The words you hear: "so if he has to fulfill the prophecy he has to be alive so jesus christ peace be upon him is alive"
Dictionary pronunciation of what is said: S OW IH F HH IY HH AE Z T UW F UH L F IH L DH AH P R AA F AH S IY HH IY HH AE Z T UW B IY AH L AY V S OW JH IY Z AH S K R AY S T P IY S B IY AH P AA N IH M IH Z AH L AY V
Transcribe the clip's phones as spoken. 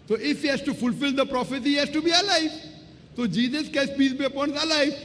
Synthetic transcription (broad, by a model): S OW IH F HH IY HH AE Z T UW F UH L F IH L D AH P R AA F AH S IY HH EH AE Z T UW B IY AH L AY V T OW JH IY Z AH S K EH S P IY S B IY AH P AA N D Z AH L AY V